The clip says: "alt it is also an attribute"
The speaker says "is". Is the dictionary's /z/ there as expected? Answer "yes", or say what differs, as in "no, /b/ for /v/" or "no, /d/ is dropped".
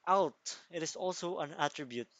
no, /s/ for /z/